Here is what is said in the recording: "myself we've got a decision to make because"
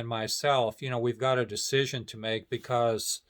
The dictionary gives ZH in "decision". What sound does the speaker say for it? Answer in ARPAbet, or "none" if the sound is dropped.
ZH